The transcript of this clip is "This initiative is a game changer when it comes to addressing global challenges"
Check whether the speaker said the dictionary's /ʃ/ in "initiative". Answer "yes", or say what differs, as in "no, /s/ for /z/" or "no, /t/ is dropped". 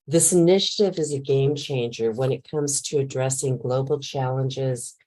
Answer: yes